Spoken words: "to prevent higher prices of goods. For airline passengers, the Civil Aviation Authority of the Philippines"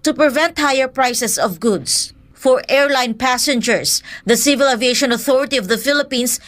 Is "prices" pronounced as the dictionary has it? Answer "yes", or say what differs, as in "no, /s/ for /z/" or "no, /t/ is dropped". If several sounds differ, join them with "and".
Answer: no, /s/ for /z/